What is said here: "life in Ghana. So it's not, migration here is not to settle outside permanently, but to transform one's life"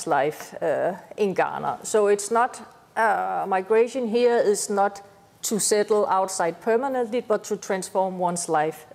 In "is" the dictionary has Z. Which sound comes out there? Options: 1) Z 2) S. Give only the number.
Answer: 2